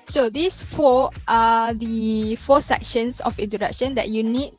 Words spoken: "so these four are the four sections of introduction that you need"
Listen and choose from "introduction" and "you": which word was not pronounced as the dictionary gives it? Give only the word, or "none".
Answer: introduction